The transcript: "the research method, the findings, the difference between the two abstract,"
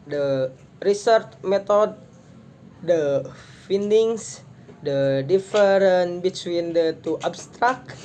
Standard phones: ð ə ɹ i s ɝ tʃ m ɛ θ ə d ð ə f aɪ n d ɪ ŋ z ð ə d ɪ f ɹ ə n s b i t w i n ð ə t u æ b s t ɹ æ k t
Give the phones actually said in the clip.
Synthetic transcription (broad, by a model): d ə ɹ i s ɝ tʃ m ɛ t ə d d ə f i n d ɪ ŋ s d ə d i f ɹ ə n b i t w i n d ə t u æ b s t ɹ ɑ k